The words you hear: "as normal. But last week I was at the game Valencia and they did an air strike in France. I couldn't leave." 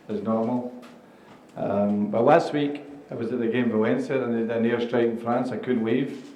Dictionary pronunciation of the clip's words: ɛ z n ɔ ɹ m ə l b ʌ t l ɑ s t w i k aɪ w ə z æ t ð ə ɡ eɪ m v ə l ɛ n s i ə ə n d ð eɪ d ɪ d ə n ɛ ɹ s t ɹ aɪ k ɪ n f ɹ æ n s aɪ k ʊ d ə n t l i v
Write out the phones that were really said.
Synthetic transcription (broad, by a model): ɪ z n ɔ ɹ m ə l b ʌ t l ɑ s t w i k aɪ w ə z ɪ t ð ə ɡ eɪ m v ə ɛ n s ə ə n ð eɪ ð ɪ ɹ n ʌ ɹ s t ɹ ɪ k ɪ n f ɹ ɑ n s aɪ k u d n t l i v